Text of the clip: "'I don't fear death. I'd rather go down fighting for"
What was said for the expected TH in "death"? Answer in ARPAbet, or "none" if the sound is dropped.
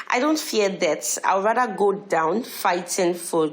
T